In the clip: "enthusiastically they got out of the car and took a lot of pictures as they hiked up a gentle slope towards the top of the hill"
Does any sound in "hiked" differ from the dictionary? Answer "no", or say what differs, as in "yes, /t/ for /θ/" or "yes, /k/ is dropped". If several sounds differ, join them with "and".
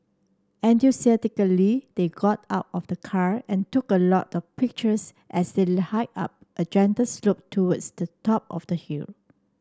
yes, /k/ is dropped